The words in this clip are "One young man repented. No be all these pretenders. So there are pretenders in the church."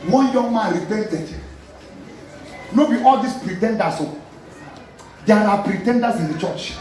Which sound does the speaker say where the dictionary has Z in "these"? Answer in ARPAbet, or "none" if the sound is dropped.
S